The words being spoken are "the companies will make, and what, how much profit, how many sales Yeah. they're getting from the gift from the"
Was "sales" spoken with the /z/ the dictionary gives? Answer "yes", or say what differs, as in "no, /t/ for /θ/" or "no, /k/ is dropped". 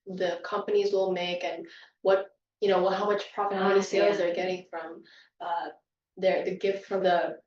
yes